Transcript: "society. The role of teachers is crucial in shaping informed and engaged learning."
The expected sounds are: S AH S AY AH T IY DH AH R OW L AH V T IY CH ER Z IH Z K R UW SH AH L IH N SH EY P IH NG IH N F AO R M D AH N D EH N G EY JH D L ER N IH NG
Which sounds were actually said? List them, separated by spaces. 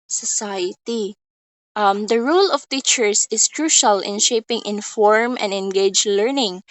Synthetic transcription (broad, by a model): S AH S AY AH T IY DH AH R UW L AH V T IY CH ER S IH S K R UW SH AH L IH N SH EY P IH NG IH N F AO R M AH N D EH N G EY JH L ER N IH NG